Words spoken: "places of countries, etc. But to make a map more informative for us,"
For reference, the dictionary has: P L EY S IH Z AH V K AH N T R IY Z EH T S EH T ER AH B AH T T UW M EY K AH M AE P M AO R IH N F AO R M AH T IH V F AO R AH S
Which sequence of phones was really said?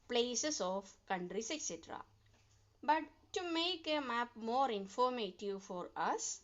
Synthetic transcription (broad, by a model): P L EY S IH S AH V K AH N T R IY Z EH T S EH T ER AH B AH T T UW M EY K AH M AE P M AO R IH N F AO R M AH T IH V F AO R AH S